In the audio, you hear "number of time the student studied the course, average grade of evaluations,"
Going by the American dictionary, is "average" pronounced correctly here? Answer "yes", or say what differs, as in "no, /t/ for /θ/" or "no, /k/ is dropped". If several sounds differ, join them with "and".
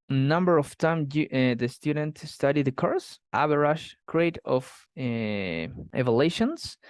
no, /b/ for /v/